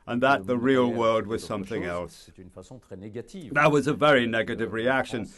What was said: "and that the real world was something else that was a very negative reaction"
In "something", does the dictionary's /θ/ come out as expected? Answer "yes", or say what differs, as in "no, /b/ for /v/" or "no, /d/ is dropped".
yes